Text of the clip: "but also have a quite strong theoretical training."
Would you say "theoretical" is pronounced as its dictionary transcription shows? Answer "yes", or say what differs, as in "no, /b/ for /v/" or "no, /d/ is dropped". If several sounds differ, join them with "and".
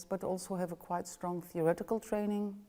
yes